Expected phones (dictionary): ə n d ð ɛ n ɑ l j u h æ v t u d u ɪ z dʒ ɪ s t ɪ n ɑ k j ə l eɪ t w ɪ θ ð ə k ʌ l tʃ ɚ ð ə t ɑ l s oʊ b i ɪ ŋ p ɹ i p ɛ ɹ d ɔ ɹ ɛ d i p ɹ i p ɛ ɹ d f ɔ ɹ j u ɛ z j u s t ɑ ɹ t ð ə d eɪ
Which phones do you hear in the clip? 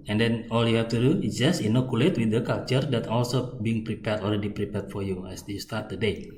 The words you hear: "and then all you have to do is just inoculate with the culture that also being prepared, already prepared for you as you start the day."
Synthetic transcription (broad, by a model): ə n d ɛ n ɑ l j u h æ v t u d u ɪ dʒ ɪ s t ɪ n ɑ k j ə l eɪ t w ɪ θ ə k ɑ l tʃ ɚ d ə t ɑ l s oʊ b i ɪ ŋ p ɹ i p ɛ ɹ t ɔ l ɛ d i p ɹ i p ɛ ɹ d f ɔ ɹ j u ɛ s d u s t ɑ ɹ t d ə d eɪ